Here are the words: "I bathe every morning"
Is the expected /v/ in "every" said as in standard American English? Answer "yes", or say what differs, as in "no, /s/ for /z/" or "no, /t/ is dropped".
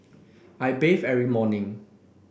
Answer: no, /v/ is dropped